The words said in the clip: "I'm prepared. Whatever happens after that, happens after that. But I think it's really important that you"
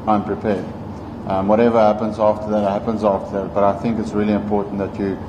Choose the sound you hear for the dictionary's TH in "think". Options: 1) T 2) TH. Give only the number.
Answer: 2